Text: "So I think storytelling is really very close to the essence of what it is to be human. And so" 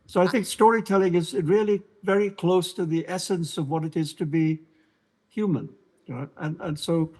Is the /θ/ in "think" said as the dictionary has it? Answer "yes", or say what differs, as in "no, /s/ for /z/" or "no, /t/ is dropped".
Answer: yes